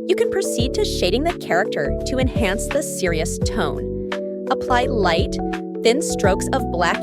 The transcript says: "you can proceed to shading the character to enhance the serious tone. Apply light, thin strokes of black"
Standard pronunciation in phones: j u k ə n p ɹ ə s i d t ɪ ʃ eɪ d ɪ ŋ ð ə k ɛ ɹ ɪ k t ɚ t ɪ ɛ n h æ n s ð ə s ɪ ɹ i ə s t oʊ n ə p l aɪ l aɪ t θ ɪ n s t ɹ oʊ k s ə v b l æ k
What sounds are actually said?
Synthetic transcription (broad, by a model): j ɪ k ə n p ɹ ə s i d t ɪ ʃ eɪ d ɪ ŋ ð ə k ɛ ɹ ɪ k t ɚ t ɪ ɛ n h æ n s ð ə s ɪ ɹ i ə s t oʊ n ə p l aɪ l aɪ t θ ɪ n s t ɹ oʊ k s ə v b l æ k